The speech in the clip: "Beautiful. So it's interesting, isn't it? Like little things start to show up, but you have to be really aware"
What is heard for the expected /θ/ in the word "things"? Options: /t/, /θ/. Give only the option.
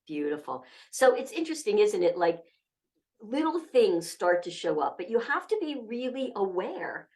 /θ/